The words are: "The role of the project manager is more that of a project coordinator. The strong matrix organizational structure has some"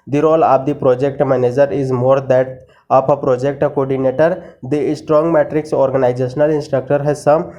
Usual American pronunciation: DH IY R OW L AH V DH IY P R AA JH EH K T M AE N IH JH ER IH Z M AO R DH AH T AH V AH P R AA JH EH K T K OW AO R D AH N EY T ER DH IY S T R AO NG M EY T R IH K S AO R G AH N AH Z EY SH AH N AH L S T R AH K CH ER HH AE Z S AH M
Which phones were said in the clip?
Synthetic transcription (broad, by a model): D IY R OW L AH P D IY P R AA JH EH K T M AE N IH JH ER IH Z M AO R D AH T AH P AH P R AA JH EH K T K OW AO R D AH N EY T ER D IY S T R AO NG M EY T R IH K S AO R G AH N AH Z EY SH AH N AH L S T R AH K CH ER HH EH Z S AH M